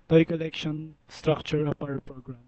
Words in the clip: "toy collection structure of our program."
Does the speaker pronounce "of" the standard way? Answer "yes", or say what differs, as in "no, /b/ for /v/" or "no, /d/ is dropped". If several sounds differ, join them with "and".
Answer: no, /p/ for /v/